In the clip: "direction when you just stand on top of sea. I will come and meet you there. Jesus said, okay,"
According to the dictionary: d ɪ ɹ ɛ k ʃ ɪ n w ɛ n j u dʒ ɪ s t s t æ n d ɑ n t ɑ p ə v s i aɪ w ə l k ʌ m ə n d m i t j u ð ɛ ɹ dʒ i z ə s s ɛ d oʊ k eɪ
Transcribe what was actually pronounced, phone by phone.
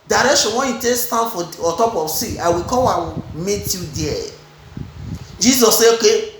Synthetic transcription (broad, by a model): d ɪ ɹ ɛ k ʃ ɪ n w ɛ n j u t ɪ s s t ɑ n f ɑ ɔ t ɑ p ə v s i aɪ w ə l k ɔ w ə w m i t j u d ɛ dʒ i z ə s s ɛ oʊ k eɪ